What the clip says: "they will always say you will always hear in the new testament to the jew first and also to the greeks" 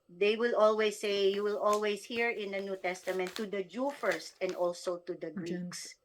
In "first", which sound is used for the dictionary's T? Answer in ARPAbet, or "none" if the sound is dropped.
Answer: T